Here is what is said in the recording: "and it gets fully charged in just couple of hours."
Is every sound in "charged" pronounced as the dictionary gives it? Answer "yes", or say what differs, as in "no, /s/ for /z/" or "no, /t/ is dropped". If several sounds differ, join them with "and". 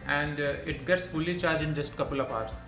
no, /d/ is dropped